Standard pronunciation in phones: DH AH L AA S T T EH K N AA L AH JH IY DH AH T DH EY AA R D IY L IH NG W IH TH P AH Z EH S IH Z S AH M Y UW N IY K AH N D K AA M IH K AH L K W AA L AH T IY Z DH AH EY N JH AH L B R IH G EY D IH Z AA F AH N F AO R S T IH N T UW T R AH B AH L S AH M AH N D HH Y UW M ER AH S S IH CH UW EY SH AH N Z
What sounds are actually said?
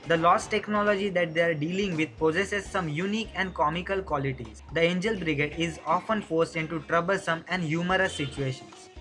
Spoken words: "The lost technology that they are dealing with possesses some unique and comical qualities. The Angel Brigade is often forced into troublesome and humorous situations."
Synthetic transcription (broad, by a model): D AH L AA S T T EH K N AA L AH JH IY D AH T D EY AA R D IY L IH NG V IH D P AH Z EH S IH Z S AH M Y UW N IY K AH N D K AA M IH K AH L K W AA L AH T IY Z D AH EY N JH AH L B R IH G EY D IH Z AA F AH N F AO R S T IH N T UW T R AH B AH L S AH M AH N D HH Y UW M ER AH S S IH CH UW EY SH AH N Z